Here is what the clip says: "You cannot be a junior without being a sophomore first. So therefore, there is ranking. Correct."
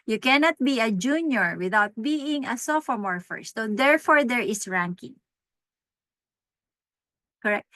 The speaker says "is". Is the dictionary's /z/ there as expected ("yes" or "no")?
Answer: no